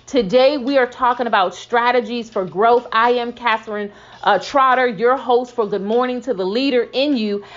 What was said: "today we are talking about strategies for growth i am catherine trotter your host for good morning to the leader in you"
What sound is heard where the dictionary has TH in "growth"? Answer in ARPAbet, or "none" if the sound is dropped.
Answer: TH